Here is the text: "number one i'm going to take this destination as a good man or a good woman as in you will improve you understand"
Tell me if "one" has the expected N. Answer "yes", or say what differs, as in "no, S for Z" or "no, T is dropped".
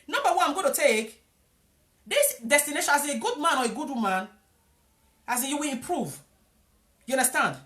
no, N is dropped